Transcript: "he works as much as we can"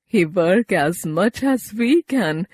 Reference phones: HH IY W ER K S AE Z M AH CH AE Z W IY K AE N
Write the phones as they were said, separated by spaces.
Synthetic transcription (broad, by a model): HH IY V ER K AE Z M AH CH AE Z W IY K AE N